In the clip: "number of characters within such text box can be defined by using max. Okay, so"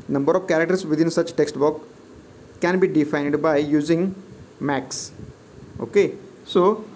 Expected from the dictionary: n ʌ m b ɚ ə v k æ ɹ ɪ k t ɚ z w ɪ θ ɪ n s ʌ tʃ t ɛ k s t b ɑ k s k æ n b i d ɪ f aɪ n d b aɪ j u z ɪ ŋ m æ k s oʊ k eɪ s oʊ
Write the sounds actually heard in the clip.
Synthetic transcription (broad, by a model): n ʌ m b ɚ ə v k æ ɹ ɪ k t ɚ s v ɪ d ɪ n s ʌ tʃ t ɛ k s t b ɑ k k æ n b i d ɪ f aɪ n d b aɪ j u z ɪ ŋ m æ k s oʊ k eɪ s oʊ